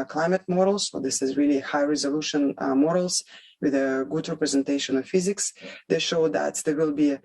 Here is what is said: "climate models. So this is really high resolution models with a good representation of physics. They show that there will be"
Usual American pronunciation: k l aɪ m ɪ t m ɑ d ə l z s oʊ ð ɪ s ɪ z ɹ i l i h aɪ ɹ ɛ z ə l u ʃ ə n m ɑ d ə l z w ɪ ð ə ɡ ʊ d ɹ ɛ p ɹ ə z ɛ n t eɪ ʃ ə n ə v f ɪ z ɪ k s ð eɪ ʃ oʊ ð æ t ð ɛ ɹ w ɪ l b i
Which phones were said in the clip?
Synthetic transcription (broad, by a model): k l aɪ m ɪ t m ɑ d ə l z s oʊ ð ɪ s ɪ z ɹ i l i h aɪ ɹ ɛ z ə l u ʃ ə n m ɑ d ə l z w ɪ ð ə ɡ ʊ d ɹ ɛ p ɹ ə z ɛ n t eɪ ʃ ə n ə v f ɪ z ɪ k s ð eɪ ʃ oʊ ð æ t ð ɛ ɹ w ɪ l b i